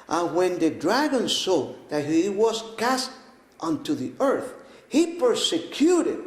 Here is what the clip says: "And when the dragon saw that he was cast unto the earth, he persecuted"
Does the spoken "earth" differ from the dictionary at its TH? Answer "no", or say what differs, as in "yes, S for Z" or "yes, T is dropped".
no